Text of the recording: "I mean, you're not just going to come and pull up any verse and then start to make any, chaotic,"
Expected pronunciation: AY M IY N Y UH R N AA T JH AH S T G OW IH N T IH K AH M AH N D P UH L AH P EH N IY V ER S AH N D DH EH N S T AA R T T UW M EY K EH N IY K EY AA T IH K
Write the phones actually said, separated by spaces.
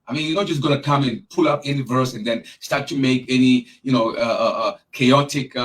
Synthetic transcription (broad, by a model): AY M IY N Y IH N AA T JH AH S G OW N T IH K AH M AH N P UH L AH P EH N IY V ER S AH N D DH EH N S T AA R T T UW M EY K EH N IY K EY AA T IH K